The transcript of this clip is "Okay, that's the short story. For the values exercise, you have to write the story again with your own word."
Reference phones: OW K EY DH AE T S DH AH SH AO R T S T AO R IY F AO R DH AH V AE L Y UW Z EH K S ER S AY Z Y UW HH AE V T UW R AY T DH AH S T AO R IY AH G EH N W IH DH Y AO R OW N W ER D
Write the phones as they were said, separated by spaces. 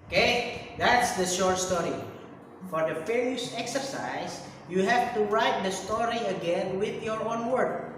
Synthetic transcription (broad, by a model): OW K EY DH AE T S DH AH SH AO R T S T AO R IY F AO R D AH F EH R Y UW S EH K S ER S AY S Y UW HH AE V T UW R AY T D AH S T AO R IY AH G EH N W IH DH Y AO R OW N W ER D